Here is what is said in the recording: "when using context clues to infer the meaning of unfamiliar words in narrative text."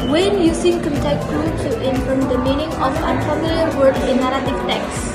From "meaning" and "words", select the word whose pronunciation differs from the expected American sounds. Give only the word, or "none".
words